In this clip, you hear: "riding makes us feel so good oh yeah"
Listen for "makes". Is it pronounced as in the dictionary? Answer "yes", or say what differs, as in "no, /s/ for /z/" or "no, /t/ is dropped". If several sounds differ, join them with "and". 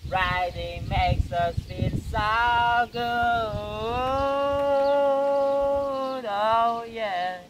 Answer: yes